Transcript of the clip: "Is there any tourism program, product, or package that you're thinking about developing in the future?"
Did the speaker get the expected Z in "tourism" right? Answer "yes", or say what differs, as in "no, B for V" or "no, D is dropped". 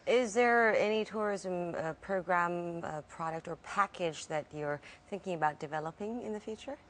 yes